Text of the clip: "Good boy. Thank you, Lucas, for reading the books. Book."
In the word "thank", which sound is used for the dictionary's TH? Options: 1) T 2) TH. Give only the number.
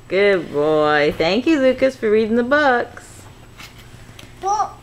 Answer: 2